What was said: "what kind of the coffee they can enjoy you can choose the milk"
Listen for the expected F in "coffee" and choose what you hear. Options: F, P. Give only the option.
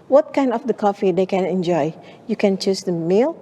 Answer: F